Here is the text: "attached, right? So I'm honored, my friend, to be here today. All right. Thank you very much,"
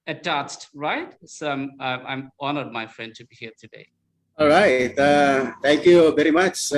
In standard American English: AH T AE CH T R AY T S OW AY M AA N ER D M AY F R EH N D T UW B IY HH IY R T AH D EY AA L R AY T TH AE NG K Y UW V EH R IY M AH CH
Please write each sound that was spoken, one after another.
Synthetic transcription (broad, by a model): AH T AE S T R AY T S OW AY M AA N ER D M AY F R EH N D T UW B IY HH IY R T AH D EY AA L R AY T T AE NG K Y UW V EH R IY M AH CH